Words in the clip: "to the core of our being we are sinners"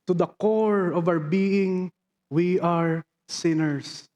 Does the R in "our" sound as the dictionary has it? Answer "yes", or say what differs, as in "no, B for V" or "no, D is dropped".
no, W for R